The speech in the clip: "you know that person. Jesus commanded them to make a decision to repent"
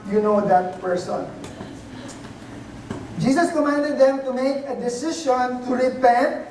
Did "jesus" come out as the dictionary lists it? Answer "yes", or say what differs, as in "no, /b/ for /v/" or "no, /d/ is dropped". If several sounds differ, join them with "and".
no, /s/ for /z/